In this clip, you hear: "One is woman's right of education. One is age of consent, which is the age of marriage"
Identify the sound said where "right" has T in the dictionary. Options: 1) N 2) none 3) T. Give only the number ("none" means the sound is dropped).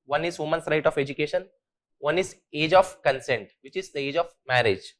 3